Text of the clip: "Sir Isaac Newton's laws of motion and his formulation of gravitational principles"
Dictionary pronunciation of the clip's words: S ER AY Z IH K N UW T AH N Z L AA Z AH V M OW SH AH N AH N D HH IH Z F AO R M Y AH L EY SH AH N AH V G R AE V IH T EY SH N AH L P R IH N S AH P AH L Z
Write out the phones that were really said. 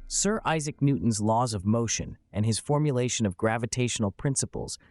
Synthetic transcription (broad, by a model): S ER AY Z IH K N UW T N Z L AA Z AH V M OW SH AH N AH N IH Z F AO R M Y AH L EY SH AH N AH V G R AE V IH T EY SH N L P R IH N S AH P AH L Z